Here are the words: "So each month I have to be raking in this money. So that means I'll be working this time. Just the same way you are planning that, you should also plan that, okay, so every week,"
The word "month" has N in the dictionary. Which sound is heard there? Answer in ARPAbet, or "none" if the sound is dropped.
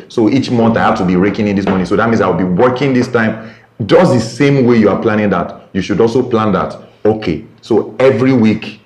N